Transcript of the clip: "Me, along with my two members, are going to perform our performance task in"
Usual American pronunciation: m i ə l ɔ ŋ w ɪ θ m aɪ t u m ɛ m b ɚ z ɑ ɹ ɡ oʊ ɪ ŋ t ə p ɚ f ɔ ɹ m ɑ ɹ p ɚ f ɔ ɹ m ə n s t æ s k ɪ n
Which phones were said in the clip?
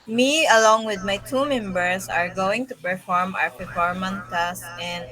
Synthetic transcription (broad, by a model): m i ə l ɔ ŋ w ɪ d m aɪ t u m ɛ m b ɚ s ɑ ɹ ɡ oʊ ɪ ŋ t ə p ɚ f ɔ ɹ m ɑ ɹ p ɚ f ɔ ɹ m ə n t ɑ s ɪ n